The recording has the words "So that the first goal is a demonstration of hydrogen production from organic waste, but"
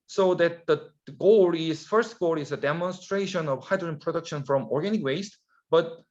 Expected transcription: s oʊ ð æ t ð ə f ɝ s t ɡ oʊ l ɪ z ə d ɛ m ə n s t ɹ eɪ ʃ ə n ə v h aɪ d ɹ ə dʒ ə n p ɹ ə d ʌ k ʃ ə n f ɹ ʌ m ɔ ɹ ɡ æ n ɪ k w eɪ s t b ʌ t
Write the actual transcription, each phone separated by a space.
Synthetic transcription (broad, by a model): s oʊ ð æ t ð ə f ɝ s t ɡ oʊ l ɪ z ə d ɛ m ə n s t ɹ eɪ ʃ ə n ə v h aɪ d ɹ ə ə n p ɹ ə d ʌ k ʃ ə n f ɹ ʌ m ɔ ɹ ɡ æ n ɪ k w eɪ s t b ʌ t